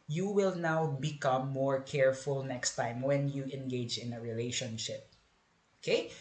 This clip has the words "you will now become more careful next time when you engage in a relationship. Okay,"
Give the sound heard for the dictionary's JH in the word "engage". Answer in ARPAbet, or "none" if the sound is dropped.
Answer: JH